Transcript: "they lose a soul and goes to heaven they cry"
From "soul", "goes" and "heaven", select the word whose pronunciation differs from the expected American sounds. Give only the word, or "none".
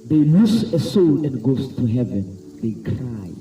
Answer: goes